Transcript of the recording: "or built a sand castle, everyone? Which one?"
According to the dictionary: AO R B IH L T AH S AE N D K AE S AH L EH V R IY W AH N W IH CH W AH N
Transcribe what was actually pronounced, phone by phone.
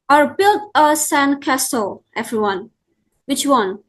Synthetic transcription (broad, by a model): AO R B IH L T AH S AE N K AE S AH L EH V R IY W AH N W IH CH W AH N